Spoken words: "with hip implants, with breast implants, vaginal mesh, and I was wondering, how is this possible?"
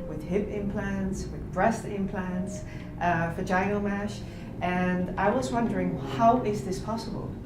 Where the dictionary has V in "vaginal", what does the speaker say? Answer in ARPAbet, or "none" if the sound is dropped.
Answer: F